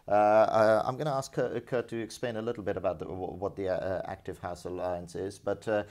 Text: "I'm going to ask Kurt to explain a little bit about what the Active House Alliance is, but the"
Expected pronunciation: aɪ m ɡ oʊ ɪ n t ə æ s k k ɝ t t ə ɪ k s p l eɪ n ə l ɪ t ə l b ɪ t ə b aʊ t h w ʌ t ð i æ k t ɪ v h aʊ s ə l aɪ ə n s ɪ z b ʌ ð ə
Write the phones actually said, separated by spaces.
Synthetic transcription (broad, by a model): aɪ m ɡ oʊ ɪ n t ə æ s k k ɝ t t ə ɪ k s p l eɪ n ə l ɪ t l b ɪ t ə b aʊ t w w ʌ t ð i æ k t ɪ v h aʊ s ə l aɪ ə n s ɪ z b ʌ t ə